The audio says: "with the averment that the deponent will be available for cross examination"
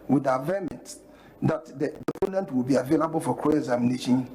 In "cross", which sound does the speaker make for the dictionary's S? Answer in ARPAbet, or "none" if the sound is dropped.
none